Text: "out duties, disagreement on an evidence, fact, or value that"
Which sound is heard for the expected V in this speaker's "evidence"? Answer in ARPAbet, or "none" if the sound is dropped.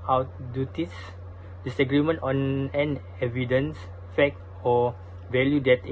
V